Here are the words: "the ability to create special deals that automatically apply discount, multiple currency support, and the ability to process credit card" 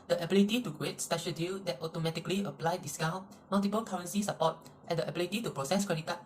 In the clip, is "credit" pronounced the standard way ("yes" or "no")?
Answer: no